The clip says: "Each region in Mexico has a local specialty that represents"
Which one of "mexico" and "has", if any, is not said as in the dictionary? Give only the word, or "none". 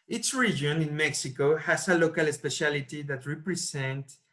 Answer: has